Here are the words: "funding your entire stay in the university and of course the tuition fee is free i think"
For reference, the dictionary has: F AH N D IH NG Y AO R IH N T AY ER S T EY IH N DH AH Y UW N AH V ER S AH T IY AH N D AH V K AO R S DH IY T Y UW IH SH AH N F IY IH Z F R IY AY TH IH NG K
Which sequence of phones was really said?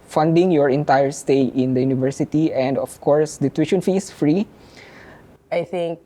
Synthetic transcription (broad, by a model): F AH N D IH NG Y AO R IH N T AY ER S T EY IH N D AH Y UW N AH V ER S AH T IY AH N D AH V K AO R S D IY T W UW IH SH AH N F IY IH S F R IY AY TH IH NG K